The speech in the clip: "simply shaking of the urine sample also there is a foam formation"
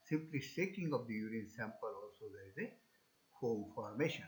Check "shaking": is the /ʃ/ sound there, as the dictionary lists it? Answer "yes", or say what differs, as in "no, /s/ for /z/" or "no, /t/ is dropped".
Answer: no, /s/ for /ʃ/